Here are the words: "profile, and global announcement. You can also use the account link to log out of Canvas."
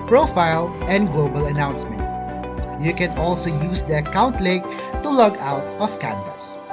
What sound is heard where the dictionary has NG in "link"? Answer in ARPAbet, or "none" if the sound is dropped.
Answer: none